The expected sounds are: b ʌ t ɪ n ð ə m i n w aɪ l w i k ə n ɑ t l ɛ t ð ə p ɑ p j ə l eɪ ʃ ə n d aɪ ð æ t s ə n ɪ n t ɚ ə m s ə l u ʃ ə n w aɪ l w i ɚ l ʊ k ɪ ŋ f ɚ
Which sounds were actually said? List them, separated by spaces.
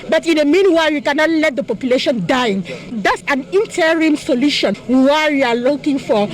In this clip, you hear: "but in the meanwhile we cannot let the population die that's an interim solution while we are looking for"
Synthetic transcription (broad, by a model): b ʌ t ɪ n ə m i n w aɪ l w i k ə n ɑ t l ɛ t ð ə p ɑ p j ə l eɪ ʃ ə n d aɪ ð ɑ t s ə n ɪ n t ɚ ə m s ə l u ʃ ə n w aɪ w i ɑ l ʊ k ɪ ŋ f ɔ